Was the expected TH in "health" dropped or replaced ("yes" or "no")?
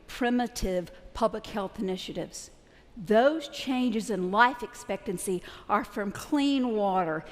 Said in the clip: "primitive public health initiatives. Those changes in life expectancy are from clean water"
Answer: no